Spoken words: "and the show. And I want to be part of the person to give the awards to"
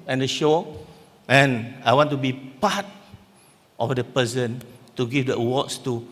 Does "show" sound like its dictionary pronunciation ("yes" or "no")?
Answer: yes